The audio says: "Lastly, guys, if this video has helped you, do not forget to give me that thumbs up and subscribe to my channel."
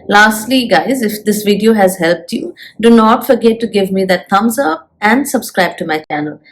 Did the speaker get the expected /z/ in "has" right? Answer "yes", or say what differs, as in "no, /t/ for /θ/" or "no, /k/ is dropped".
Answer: yes